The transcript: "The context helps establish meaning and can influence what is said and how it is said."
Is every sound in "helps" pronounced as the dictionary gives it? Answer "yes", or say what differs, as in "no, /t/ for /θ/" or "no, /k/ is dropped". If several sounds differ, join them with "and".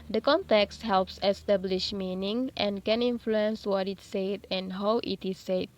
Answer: yes